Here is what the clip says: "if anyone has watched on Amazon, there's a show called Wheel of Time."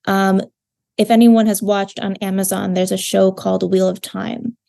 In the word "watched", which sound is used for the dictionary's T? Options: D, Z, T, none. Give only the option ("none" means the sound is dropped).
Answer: T